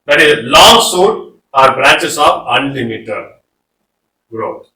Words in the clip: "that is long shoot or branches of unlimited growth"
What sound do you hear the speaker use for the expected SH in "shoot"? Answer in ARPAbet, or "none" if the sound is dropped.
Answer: S